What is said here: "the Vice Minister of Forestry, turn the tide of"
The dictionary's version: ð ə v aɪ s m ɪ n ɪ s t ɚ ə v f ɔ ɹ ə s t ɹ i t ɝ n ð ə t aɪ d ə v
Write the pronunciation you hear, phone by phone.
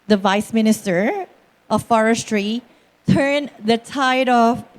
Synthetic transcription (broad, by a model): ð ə v aɪ s m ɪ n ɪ s t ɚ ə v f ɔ ɹ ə s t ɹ i t ɝ n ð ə t aɪ d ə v